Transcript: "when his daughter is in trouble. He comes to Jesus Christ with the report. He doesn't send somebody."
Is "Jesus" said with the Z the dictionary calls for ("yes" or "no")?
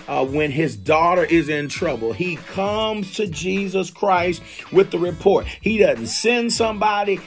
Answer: yes